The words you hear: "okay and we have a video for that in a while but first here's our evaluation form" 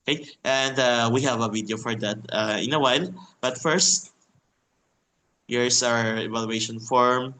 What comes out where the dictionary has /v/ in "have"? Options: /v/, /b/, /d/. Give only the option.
/v/